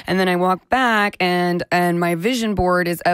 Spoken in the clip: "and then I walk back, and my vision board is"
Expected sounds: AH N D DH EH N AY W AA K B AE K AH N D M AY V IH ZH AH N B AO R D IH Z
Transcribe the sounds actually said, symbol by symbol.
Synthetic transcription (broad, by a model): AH N DH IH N AY W AA K B AE K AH N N M AY V IH ZH AH N B AO R D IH Z